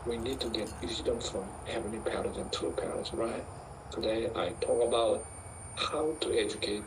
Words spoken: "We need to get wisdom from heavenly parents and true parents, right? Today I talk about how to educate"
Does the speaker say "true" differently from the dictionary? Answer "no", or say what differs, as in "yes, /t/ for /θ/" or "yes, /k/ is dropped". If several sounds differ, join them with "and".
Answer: yes, /ɹ/ is dropped